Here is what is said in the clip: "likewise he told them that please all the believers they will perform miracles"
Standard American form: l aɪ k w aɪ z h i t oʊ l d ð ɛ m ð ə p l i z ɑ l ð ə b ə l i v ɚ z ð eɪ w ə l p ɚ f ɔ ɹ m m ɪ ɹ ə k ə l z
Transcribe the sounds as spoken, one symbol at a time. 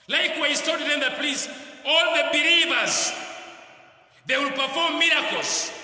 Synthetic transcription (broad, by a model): l aɪ k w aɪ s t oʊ d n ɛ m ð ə p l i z ɑ l ð ə b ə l i v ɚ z ð eɪ w ə l p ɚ f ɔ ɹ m m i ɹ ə k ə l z